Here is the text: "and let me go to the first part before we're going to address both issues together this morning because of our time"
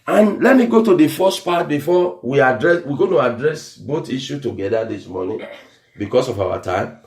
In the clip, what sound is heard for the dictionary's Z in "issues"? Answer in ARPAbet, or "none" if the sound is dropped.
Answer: none